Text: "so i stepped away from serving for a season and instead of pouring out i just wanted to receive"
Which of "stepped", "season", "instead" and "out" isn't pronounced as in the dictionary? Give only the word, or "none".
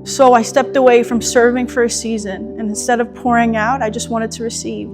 none